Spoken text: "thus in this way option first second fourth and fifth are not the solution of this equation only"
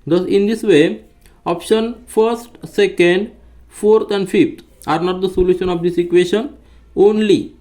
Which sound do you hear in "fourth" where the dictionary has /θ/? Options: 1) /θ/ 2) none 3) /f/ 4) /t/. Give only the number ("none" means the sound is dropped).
4